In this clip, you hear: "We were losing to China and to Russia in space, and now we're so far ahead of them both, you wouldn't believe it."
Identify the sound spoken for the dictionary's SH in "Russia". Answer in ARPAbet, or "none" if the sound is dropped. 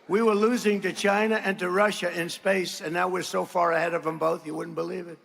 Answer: SH